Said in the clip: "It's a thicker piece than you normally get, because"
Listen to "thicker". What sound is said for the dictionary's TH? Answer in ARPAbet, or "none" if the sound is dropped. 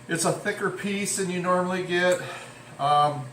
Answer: TH